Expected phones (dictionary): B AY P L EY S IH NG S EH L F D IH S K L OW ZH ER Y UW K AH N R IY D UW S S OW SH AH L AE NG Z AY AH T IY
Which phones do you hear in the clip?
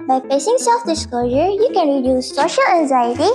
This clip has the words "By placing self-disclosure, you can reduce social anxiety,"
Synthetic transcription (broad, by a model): B AY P EY S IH NG S EH L F D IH S K L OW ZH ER Y UW K AH N R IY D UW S S OW SH AH L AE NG Z AY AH T IY